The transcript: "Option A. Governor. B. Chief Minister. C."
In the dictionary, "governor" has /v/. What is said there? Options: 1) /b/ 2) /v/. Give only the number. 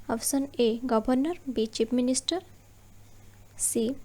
1